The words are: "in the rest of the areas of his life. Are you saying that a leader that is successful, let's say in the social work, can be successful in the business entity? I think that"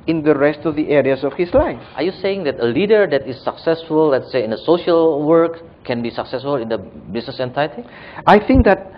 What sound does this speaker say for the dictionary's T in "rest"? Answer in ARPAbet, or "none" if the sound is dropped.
T